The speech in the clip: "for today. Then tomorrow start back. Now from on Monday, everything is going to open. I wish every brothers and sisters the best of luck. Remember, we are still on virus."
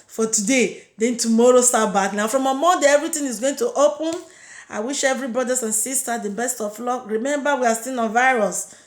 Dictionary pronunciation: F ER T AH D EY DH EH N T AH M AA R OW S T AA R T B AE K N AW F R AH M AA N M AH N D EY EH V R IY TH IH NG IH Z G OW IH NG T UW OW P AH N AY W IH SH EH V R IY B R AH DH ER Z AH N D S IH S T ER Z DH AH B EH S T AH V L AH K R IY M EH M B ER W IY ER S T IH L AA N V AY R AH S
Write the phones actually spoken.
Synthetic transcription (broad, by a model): F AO T AH D EY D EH N T AH M AA R OW S T AA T B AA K N AW F R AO M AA M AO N D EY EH V R IY T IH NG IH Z G OW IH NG T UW OW P AH N AY W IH SH EH V R IY B R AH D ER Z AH N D S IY S T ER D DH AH B EH S T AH F L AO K R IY M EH M B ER W IY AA S T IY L AA N V AY R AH S